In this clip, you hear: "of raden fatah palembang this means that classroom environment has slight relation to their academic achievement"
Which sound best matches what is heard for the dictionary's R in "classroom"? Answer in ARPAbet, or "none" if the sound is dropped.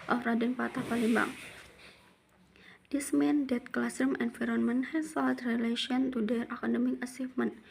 none